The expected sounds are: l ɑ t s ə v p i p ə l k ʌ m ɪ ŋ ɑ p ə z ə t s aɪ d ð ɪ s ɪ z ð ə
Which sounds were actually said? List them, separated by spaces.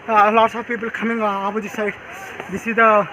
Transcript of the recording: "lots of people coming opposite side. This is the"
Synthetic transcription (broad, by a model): l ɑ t s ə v p i p ə l k ʌ m ɪ ŋ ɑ b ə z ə s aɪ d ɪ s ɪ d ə